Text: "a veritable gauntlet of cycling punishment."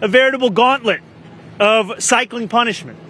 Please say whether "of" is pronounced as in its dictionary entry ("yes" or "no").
yes